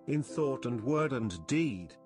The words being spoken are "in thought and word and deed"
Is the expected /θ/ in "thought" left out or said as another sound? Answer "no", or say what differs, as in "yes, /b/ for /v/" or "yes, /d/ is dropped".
no